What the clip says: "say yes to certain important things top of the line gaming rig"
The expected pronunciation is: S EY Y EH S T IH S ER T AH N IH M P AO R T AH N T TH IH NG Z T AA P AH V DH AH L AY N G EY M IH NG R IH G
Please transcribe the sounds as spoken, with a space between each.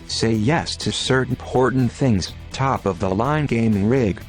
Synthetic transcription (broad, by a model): S EY Y EH S T IH S ER T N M P AO R T N TH IH NG Z T AA P AH V DH AH L AY N G EY M IH NG R IH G